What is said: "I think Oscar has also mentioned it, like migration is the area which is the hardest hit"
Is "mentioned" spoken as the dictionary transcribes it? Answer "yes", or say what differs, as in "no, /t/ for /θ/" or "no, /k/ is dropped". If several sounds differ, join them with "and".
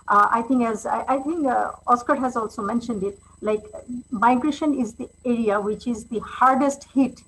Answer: yes